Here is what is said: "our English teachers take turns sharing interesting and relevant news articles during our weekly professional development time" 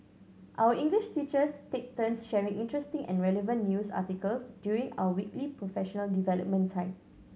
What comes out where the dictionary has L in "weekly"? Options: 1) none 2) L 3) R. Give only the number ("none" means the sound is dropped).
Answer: 2